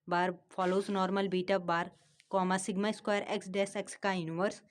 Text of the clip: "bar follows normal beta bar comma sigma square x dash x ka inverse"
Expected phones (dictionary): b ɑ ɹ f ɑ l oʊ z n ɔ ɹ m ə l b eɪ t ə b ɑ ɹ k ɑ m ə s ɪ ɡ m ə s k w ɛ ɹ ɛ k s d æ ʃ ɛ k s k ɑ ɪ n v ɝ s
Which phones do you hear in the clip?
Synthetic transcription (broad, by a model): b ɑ ɹ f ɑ l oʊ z n ɔ ɹ m ə l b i t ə b ɑ ɹ k ɑ m ə s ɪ ɡ m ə s k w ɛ ɹ ɛ k s d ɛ s ɛ k s k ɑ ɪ n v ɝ s